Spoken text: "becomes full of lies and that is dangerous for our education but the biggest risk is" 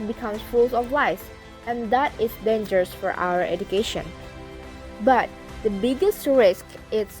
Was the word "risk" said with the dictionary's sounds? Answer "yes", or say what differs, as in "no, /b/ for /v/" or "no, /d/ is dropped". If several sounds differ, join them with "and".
yes